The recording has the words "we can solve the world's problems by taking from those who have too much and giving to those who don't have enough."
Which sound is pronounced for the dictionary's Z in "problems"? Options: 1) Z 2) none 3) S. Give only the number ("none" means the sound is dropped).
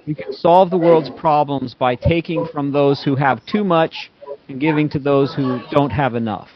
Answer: 1